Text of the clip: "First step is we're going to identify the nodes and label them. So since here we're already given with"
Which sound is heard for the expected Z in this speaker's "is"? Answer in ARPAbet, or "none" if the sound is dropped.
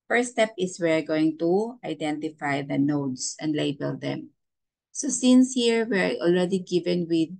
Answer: S